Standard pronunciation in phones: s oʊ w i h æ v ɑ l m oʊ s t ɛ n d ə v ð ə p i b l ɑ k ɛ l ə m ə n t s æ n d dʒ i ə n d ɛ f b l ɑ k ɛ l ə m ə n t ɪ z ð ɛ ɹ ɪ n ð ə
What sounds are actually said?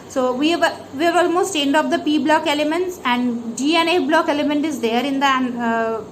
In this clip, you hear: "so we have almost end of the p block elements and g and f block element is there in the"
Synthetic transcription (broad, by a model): s oʊ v i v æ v ɑ l m oʊ s t ɛ n d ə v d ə p i b l ɑ k ɛ l ə m ə n t s æ n d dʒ i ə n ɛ b l ɑ k ɛ l ə m ə n t ɪ z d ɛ ɹ ɪ n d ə